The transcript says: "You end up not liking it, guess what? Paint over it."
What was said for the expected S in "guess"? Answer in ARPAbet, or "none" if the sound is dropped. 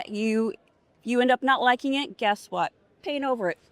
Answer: S